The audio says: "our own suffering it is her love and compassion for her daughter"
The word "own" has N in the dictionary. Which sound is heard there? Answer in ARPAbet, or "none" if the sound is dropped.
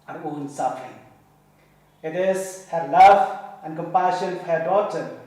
N